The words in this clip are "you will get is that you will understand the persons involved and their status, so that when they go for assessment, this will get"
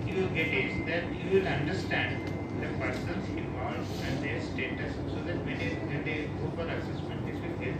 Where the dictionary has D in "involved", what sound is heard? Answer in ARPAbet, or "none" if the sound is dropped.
none